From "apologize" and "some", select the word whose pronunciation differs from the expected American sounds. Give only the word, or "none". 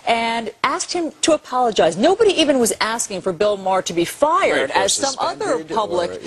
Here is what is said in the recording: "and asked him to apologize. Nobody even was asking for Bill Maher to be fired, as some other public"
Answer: none